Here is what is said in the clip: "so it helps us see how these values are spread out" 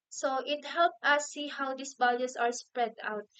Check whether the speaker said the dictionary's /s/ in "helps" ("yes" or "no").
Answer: no